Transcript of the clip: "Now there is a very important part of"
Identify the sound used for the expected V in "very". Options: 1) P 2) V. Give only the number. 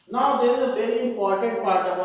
1